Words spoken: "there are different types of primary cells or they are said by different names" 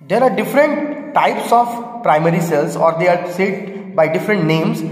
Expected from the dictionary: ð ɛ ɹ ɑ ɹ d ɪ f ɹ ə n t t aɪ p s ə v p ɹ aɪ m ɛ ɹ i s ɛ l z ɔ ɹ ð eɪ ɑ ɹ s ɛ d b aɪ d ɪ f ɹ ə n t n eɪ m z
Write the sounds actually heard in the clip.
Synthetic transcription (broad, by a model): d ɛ ɹ ɑ ɹ d ɪ f ɹ ə n t t aɪ p s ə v p ɹ aɪ m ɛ ɹ i s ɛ l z ɔ ɹ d eɪ ɑ ɹ s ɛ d b aɪ d ɪ f ɹ ə n t n eɪ m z